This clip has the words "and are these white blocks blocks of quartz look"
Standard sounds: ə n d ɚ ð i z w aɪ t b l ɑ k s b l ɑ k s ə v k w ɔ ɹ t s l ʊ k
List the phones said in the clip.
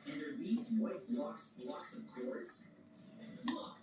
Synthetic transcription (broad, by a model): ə n d ɚ ð i z w aɪ t b l ɑ k s b l ɑ k s ə v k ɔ ɹ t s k